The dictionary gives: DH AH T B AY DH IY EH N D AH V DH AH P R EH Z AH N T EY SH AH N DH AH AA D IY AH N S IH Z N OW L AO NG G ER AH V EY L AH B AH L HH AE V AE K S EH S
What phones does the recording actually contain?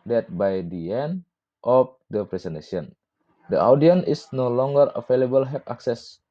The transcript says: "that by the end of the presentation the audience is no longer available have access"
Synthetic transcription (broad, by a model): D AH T B AY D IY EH N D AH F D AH P R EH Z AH N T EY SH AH N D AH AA D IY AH N IH S N OW L AO NG G ER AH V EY L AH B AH L HH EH P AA K S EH S